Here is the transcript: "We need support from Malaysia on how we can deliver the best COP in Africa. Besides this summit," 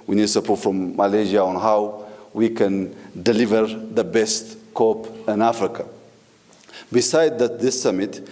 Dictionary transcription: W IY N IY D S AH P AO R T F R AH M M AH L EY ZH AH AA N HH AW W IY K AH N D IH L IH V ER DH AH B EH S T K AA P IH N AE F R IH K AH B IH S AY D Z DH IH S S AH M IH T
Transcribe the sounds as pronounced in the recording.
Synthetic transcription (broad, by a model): W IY N IY D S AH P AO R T F R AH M M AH L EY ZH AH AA N HH AW W IY K AH N D IH L IH V ER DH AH B EH S T K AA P IH N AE F R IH K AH B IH S AY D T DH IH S S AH M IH T